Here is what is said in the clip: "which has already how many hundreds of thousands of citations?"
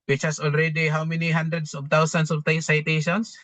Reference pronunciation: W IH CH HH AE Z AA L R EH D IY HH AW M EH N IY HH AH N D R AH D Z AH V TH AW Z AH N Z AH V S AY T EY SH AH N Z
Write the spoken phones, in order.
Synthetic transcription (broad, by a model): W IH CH HH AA S AA L R EH D IY HH AW M EH N IY HH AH N D R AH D S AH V T AW S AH N S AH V S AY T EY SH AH N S